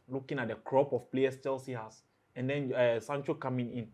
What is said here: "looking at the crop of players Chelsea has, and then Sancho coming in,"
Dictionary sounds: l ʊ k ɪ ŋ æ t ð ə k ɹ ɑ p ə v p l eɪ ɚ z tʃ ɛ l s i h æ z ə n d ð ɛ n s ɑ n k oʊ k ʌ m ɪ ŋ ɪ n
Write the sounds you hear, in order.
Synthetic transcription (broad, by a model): l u k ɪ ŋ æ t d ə k ɹ ɑ p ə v p l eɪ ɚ s tʃ ɛ l s i h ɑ s ə n d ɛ n s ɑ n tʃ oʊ k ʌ m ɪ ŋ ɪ n